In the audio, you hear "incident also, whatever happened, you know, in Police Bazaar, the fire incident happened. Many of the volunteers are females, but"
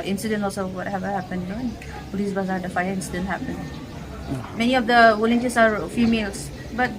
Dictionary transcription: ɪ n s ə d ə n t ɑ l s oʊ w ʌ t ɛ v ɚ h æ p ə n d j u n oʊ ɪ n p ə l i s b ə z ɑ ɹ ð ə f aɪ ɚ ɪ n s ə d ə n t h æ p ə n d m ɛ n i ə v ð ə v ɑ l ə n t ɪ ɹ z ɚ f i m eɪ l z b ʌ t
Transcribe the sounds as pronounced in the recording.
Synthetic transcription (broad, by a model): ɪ n s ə d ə n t ɑ l s oʊ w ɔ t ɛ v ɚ h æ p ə n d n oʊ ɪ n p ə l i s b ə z ɑ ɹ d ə f aɪ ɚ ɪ n s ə d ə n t h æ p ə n m ɛ n i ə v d ə w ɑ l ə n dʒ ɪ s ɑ f i m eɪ l s b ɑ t